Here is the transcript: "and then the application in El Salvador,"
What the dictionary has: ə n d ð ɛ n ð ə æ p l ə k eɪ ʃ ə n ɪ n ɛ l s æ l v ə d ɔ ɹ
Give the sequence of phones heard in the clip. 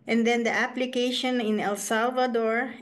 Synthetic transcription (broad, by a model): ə n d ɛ n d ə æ p l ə k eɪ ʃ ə n ɪ n ɛ l s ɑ l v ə d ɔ ɹ